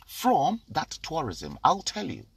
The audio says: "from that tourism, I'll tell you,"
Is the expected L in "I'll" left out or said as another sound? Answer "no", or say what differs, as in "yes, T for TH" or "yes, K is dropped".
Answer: no